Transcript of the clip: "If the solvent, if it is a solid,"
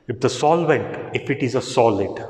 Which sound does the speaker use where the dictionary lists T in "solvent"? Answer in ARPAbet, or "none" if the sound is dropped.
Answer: T